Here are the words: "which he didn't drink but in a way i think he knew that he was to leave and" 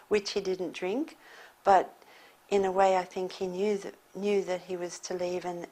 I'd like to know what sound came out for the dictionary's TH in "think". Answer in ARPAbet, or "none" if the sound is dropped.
TH